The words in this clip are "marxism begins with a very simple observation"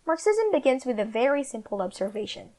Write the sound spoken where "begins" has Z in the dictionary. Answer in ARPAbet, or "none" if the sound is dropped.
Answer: Z